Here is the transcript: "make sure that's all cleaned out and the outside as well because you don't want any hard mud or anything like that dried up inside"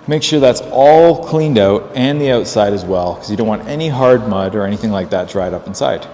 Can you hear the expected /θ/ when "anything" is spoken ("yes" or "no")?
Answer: yes